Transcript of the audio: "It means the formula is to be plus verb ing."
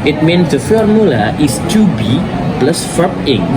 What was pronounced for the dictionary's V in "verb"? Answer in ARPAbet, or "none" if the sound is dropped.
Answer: F